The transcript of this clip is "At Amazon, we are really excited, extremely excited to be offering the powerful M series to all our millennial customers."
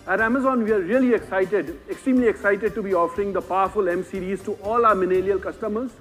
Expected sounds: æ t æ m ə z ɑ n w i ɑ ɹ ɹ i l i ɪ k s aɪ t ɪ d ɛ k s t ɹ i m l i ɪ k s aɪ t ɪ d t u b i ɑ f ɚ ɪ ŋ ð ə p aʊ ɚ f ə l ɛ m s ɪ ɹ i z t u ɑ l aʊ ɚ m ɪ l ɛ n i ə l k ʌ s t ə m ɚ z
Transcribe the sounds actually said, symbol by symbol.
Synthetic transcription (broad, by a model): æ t æ m ə z ɑ n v i ɑ ɹ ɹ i l i ɪ k s aɪ t ɪ d ɛ k s t ɹ i m l i ɪ k s aɪ t ɪ d t u b i ɑ f ɚ ɪ ŋ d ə p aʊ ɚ f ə l ɛ m s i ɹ i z t u ɑ l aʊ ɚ m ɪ n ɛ l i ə l k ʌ s t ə m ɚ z